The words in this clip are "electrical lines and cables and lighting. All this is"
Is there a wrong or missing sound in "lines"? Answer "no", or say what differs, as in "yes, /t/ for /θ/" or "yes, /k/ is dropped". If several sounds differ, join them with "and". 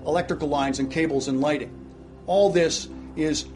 no